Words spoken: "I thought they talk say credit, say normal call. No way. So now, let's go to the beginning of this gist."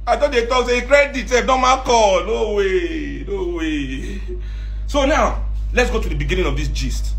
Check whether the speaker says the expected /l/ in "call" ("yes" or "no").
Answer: no